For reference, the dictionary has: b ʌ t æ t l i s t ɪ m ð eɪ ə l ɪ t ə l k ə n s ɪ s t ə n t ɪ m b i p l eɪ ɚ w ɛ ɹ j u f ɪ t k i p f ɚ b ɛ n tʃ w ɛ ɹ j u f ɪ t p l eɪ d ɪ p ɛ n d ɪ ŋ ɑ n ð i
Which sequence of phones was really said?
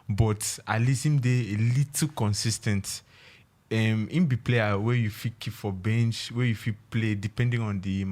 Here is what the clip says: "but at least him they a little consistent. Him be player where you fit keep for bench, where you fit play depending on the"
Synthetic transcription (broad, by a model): b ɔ t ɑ l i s ɪ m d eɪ ə l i t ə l k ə n s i s t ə n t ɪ m b i p l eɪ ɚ w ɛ j u f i k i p f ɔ b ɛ n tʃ w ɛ j u f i p l eɪ d ɪ p ɛ n d ɪ ŋ ɑ n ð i